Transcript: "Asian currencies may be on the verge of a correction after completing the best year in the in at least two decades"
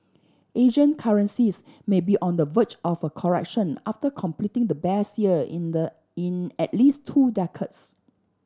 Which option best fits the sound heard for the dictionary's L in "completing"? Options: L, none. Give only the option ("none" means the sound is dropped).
L